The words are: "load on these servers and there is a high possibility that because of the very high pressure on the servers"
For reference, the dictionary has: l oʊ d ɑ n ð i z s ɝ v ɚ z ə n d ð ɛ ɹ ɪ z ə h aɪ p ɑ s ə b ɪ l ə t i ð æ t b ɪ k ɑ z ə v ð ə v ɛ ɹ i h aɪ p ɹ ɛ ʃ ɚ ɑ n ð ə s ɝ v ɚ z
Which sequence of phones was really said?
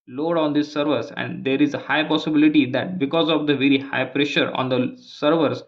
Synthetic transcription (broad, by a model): l oʊ d ɑ n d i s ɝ v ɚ s ə n d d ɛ ɹ ɪ z ə h aɪ p ɑ s ə b ɪ l ə t i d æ t b ɪ k ɑ z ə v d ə v ɛ ɹ i h aɪ p ɹ ɛ ʃ ɚ ɑ n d ə s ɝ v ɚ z